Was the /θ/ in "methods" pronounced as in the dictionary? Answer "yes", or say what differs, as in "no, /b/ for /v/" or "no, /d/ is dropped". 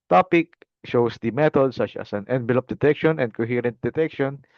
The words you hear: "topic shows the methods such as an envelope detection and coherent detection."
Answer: no, /t/ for /θ/